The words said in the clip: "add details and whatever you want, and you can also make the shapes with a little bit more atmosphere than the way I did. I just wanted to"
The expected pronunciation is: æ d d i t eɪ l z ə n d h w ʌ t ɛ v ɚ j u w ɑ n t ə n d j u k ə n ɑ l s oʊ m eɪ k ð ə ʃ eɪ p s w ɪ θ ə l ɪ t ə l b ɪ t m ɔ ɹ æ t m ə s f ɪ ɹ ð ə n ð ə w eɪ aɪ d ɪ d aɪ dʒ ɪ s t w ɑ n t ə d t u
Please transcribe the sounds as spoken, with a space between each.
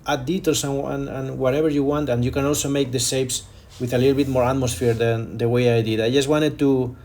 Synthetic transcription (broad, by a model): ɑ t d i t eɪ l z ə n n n w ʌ t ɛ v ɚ j u w ɑ n t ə n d j u k ə n ɑ l s oʊ m eɪ k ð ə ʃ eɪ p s w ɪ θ ə l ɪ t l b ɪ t m ɔ ɹ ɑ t m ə s f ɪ ɹ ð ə n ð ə w eɪ aɪ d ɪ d aɪ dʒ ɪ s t w ɑ n t ə d t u